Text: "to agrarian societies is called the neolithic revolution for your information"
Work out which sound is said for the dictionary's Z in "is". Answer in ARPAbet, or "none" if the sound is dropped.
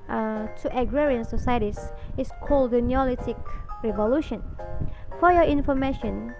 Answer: S